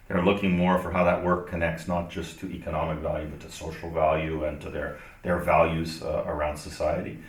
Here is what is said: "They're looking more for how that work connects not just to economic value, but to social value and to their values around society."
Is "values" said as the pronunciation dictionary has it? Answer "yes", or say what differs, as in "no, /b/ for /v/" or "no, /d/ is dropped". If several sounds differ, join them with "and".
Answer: yes